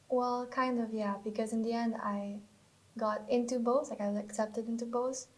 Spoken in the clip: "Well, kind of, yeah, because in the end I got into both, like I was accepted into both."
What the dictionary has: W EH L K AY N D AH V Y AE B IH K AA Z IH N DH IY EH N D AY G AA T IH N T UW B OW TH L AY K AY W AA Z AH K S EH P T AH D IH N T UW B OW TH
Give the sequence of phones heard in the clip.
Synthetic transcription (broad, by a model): W EH L K AY N D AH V Y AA B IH K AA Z IH N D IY EH N D AY G AA T IH N T UW B OW S L AY K AY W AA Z AH K S EH P T AH D IH N T UW B OW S